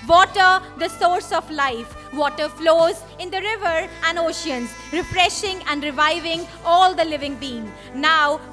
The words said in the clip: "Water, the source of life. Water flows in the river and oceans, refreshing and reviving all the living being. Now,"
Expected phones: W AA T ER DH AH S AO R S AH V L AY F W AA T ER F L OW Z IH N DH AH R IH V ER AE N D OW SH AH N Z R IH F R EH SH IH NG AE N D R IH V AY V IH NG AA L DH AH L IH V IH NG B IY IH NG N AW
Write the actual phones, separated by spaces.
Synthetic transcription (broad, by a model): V AA T ER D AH S AO R S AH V L AY F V AA T ER F L OW Z IH N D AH R IH V ER AE N D OW SH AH N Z R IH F R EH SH IH NG AE N D R IH V AY V IH NG AA L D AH L IH V IH NG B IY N N AW